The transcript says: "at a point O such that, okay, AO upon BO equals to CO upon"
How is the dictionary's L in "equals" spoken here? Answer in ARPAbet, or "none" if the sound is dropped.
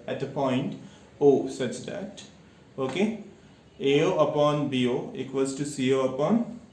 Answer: none